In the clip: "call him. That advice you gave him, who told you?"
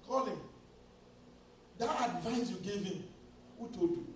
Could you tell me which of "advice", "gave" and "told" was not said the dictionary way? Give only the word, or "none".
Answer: told